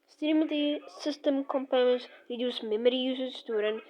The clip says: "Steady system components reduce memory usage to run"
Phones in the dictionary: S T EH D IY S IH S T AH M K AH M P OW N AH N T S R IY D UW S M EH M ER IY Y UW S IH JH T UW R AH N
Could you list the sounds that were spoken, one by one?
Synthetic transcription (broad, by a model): S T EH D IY S IH S T AH M K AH M P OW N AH N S R IY D UW S M EH M ER IY Y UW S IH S T UW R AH N